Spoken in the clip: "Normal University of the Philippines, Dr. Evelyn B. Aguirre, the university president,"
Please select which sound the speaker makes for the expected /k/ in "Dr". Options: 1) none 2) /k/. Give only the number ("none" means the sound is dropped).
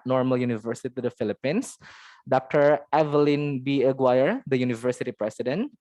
2